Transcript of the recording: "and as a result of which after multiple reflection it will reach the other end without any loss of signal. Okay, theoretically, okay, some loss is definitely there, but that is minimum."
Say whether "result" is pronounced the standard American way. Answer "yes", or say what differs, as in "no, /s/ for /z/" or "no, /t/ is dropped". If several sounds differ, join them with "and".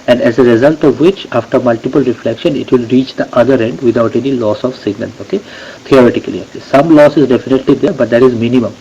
yes